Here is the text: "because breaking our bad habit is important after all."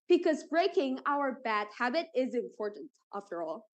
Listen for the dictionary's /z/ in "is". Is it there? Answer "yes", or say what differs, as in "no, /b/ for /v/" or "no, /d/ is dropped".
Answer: yes